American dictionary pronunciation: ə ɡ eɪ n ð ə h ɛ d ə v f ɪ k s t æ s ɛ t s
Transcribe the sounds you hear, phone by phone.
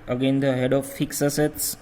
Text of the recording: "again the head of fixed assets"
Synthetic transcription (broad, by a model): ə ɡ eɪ n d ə h ɛ d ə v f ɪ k s ʌ s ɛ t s